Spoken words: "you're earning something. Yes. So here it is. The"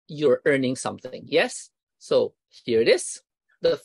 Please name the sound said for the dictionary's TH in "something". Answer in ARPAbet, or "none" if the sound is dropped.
TH